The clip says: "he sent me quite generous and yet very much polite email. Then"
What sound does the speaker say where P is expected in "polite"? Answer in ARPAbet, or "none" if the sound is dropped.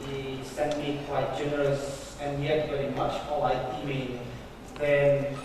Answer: F